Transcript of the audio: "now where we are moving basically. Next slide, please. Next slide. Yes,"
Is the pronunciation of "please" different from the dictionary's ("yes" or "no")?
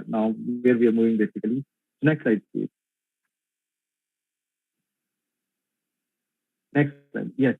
yes